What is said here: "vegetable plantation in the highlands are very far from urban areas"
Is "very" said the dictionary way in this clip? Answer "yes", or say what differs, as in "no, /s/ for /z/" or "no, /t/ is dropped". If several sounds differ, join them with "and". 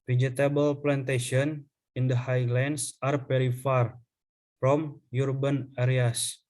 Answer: no, /p/ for /v/